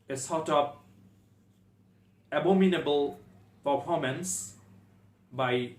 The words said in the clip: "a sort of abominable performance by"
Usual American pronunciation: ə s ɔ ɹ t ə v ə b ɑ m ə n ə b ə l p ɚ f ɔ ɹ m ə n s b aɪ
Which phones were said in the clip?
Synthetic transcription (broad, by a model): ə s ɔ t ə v ə b ɑ m ə n ə b ə l p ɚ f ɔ m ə n s b aɪ